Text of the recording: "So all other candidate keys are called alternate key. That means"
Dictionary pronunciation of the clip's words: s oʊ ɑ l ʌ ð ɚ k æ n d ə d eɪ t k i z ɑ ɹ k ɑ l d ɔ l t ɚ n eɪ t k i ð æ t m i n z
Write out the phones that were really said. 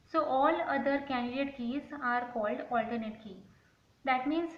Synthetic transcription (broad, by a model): s oʊ ɑ l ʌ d ɚ k æ n d ə d eɪ t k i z ɑ ɹ k ɑ l d ɔ l t ɚ n eɪ t k i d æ t m i n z